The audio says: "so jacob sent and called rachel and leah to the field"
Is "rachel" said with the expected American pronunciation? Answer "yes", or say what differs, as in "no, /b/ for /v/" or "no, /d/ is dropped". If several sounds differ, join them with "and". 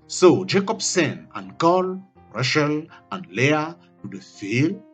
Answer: no, /ʃ/ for /tʃ/